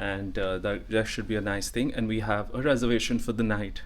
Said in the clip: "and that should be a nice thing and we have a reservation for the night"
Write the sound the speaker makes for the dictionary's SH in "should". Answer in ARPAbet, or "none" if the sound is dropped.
SH